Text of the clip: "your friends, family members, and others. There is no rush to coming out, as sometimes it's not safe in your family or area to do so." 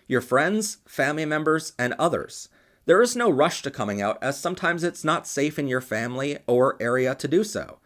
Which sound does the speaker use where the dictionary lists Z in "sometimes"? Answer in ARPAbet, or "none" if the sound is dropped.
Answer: Z